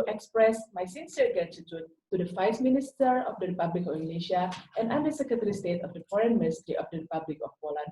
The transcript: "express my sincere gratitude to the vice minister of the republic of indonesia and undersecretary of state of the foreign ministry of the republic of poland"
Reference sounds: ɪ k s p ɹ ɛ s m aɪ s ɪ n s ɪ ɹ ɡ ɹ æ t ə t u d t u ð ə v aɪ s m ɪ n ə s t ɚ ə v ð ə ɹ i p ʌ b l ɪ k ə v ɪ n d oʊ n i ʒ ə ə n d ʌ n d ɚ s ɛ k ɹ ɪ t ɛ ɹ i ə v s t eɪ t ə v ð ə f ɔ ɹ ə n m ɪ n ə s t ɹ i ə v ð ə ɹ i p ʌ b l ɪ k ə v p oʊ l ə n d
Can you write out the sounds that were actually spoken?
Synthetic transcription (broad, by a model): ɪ k s p ɹ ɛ s m aɪ s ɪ n s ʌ ɹ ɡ ɑ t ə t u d t u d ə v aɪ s m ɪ n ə s t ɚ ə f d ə ɹ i p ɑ b l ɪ k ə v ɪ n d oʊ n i ʃ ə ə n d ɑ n d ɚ s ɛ k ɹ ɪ t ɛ ɹ i s t eɪ t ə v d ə f ɔ ɹ ə n m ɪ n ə s t ɹ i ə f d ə ɹ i p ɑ b l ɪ k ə f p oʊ l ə n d